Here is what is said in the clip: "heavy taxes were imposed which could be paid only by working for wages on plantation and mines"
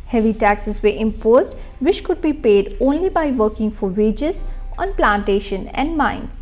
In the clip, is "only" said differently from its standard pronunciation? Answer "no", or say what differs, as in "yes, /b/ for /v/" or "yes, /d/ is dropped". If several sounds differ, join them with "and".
no